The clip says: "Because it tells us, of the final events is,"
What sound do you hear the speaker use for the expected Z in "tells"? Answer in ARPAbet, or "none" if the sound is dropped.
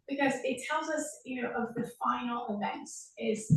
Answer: Z